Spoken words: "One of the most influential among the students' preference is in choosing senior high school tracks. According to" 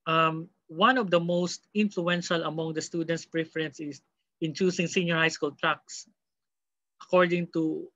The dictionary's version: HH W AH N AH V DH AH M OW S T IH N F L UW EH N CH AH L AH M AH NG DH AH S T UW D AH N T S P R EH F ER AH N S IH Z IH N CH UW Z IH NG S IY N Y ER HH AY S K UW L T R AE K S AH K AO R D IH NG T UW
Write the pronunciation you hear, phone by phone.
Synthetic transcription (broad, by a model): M W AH N AH V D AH M OW S T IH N F L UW EH N SH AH L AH M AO NG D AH S T UW D AH N T S P R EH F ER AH N S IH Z IH N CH UW S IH NG S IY N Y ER HH AY S K UW L T R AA K S AH K AO R D IH NG T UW